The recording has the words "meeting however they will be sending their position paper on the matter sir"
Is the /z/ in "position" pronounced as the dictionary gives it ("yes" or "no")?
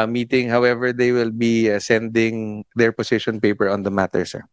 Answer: no